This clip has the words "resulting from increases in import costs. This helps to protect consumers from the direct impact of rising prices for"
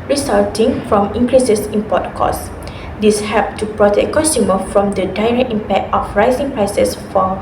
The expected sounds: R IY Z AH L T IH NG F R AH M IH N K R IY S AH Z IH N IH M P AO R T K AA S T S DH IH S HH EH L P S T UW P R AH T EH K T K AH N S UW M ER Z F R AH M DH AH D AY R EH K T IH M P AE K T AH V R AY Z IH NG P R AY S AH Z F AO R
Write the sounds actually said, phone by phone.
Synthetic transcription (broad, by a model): R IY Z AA L T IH NG F R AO M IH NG K R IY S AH S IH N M P AO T K AA S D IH S HH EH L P T UW P R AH T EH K K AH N S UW M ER F R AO M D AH D AY R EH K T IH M P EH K T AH F R AY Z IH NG P R AY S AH S F AO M